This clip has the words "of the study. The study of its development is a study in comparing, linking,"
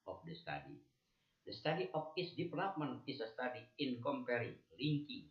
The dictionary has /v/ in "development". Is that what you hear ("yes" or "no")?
no